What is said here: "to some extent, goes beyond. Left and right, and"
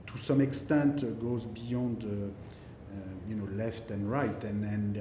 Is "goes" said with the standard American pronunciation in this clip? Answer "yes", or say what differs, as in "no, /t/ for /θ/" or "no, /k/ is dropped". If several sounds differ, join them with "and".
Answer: yes